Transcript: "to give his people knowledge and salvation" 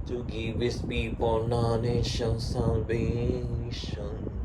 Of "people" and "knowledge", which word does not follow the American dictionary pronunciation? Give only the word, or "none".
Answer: knowledge